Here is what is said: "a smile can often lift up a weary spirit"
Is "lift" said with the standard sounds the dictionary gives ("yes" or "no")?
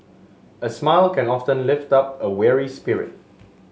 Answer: yes